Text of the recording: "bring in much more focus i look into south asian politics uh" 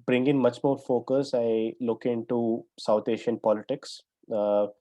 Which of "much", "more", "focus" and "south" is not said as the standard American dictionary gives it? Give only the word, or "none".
south